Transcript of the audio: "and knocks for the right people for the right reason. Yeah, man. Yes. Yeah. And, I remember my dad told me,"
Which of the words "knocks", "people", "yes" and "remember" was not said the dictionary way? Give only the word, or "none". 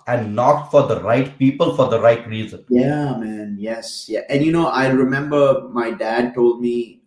knocks